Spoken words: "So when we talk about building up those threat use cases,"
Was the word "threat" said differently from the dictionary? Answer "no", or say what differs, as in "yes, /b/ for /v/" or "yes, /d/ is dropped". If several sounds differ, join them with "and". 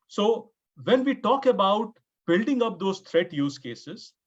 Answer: yes, /t/ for /θ/